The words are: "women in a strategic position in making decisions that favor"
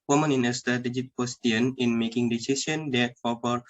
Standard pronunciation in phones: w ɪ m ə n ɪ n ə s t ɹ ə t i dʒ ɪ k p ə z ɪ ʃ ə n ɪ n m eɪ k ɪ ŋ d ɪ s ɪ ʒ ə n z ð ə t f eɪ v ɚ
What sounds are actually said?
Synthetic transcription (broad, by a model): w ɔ m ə n ɪ n ə s t ɹ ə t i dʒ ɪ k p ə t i ə n ɪ n m eɪ k ɪ ŋ d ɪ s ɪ s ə n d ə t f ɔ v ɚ